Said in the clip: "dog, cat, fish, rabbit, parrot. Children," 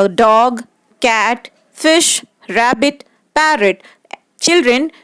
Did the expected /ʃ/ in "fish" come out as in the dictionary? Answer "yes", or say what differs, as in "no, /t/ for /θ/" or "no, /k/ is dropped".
yes